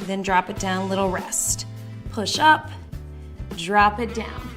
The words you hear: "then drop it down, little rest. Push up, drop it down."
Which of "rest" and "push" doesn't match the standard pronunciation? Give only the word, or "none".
none